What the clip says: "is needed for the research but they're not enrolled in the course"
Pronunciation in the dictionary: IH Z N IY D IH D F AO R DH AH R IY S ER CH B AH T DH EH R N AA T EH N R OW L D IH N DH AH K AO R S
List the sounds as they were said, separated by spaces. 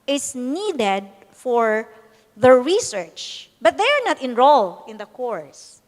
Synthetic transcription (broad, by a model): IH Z N IY D IH D F AO R DH AH R IY S ER CH B AH T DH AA R N AA T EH N R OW L IH N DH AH K AO R S